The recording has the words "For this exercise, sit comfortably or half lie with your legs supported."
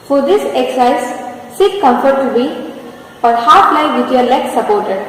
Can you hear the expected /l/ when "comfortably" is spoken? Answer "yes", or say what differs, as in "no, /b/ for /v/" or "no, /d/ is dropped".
no, /l/ is dropped